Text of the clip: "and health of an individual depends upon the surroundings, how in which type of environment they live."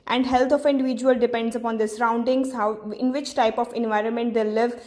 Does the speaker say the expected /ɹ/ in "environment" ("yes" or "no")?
yes